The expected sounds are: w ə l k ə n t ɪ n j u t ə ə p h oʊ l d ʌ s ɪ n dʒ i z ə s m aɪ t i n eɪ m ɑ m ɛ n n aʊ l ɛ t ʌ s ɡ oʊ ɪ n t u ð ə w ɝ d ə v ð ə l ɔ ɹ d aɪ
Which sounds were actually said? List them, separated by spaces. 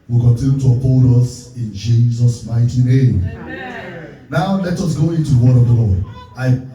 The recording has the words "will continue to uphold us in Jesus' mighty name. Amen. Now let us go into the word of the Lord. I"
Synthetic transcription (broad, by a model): w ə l k ə n t ɪ n j u t ə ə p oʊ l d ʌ s ɪ n dʒ i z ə s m aɪ t i n eɪ ɑ m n n aʊ l ɛ t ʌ s ɡ oʊ ɪ n t u ð ə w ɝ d ə v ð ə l ɔ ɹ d aɪ